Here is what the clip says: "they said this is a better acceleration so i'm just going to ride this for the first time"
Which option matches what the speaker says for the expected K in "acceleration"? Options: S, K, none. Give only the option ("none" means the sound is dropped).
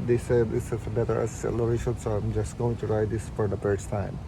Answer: none